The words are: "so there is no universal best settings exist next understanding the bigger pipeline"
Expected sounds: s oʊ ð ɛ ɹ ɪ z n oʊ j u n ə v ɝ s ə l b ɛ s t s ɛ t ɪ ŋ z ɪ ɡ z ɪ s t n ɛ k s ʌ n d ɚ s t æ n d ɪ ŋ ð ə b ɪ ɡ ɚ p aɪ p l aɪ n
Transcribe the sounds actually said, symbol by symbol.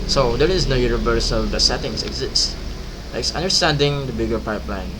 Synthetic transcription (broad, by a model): s oʊ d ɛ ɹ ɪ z n oʊ j u n ə v ɝ s ə l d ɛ t s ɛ t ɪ ŋ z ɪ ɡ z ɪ s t l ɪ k s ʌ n d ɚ s t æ n d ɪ ŋ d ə b ɪ ɡ ɚ p aɪ p l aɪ n